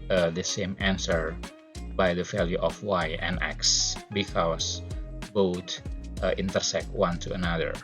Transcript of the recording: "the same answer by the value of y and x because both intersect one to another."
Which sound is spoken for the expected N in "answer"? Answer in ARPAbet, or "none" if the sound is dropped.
N